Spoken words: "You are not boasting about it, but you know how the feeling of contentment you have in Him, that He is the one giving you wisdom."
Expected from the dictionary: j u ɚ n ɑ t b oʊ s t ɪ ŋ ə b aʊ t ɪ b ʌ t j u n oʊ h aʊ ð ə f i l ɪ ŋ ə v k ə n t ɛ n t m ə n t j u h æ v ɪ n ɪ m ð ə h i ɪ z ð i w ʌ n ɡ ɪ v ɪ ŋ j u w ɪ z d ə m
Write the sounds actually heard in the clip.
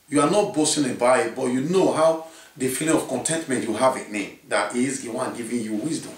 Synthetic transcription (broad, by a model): j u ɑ n ɑ t b oʊ s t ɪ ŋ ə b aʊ ɪ b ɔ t j u n oʊ h aʊ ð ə f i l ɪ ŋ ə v k ə n t ɛ n t m ə n t j u h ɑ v ɪ n ɪ m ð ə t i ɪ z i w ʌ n ɡ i v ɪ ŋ j u w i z d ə m